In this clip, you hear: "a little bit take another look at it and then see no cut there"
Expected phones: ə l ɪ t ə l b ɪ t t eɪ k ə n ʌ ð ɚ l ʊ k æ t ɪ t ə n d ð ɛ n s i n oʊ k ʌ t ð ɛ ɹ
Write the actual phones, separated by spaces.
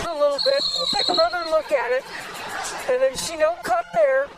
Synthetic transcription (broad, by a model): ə l ɪ t l b ɪ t t eɪ k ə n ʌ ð ɚ l ʊ k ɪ t ɪ t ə n ð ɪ n ʃ i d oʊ k ʌ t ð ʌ ɹ